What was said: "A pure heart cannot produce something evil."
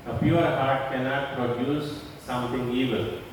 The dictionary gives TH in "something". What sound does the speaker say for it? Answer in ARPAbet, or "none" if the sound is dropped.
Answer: T